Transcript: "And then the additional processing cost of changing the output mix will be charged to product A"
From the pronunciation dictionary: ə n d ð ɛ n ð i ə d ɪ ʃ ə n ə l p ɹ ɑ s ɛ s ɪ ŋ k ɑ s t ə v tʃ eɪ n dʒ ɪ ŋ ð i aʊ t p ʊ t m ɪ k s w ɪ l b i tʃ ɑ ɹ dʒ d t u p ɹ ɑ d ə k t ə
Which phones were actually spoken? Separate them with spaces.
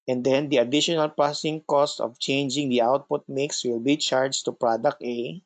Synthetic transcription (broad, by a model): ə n d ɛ n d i ə d ɪ ʃ ə n ə l p ɹ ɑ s s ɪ ŋ k ɑ s t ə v tʃ eɪ n dʒ ɪ ŋ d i aʊ t p ʊ t m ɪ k s w ɪ l b i tʃ ɑ ɹ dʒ t u p ɹ ɑ d ə k t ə